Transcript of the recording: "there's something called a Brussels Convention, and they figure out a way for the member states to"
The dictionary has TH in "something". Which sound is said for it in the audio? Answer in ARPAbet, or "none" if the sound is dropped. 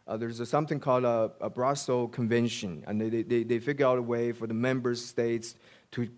TH